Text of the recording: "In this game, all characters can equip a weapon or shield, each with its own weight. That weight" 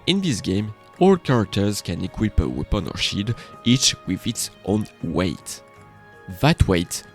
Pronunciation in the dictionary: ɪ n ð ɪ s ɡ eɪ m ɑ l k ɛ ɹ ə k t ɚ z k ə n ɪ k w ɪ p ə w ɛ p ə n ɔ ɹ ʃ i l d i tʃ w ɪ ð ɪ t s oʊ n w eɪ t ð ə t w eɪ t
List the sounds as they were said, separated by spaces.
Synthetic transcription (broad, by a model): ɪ n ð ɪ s ɡ eɪ m ɑ l k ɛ ɹ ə k t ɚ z k ə n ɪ k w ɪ p ə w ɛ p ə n ɔ ɹ ʃ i d i tʃ w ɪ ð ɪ t s oʊ n w eɪ t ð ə t w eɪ t